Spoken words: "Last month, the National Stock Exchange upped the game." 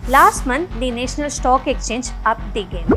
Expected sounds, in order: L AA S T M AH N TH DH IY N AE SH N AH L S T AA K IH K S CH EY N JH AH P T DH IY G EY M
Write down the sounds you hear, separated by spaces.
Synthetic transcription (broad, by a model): L AA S T M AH N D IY N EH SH N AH L S T AA K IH K CH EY N JH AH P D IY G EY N